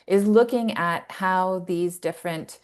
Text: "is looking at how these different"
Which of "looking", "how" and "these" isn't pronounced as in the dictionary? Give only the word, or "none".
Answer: none